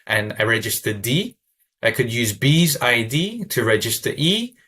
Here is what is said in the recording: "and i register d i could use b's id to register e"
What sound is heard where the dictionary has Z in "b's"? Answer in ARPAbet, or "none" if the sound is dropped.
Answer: Z